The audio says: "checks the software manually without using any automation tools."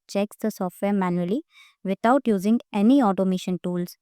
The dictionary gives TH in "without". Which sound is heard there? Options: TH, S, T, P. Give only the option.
T